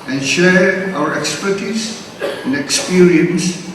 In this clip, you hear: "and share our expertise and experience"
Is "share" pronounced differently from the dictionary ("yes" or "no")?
no